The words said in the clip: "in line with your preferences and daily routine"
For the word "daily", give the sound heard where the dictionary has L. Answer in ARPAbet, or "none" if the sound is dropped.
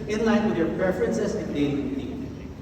N